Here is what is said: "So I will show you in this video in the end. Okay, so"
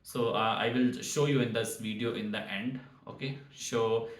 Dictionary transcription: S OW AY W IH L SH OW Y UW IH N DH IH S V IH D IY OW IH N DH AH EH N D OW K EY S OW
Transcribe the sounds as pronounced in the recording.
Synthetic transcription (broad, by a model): S OW AY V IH L SH OW Y UW IH N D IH S V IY D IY OW IH N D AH EH N D OW K EY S OW